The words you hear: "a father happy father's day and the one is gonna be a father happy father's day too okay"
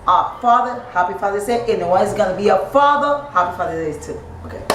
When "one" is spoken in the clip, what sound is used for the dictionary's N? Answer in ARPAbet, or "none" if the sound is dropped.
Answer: none